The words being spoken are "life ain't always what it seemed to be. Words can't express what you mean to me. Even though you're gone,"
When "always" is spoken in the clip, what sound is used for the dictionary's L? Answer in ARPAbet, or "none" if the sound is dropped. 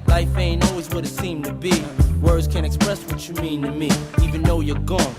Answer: L